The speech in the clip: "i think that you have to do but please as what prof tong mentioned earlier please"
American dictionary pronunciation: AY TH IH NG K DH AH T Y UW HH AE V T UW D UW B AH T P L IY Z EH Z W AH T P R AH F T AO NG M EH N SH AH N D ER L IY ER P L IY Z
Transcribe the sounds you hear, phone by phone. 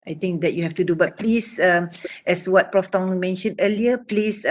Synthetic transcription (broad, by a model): AY T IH NG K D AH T Y UW HH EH F T UW D UW B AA T P L IY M EH S W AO T P R AH F T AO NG M EH N SH AH N D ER L IY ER P L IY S